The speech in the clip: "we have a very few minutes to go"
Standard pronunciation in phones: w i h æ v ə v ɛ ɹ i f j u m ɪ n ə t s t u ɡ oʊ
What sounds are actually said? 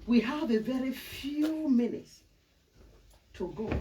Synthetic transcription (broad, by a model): w i h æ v ə v ɛ ɹ i f j u m ɪ n ə t s t u ɡ oʊ